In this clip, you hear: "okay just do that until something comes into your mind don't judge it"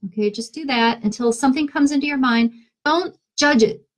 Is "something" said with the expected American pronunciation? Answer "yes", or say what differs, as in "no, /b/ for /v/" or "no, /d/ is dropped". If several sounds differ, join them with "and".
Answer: yes